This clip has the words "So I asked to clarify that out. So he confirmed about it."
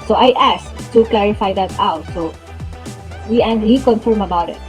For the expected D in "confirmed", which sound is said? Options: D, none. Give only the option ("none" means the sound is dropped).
none